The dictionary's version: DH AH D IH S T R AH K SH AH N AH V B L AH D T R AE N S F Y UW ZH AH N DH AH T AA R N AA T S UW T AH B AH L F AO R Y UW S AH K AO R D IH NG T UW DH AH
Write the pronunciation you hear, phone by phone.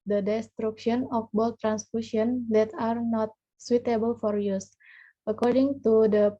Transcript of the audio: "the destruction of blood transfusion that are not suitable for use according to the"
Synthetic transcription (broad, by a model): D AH D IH S T R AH K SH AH N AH F B AO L T R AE N S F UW S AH N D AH T AA R N AA T S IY T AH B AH L F AO R Y UW S AH K AO R D IH NG T UW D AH